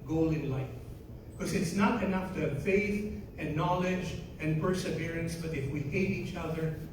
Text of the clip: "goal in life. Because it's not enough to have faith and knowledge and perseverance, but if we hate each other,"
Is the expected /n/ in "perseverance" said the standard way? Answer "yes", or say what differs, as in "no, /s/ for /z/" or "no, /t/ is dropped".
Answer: yes